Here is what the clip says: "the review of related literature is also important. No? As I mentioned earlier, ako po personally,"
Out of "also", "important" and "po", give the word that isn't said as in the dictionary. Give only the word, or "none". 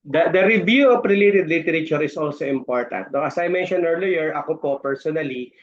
none